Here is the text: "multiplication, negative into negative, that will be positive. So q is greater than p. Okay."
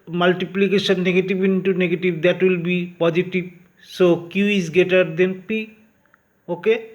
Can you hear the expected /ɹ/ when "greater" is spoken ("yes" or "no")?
no